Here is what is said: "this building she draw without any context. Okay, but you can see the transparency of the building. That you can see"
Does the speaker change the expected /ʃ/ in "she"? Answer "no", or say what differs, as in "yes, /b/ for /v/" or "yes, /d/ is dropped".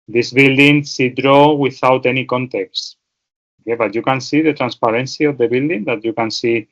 yes, /s/ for /ʃ/